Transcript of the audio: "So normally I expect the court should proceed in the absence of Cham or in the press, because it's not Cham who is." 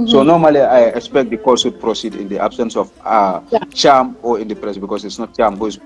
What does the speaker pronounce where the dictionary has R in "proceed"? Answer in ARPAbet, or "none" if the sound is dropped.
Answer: R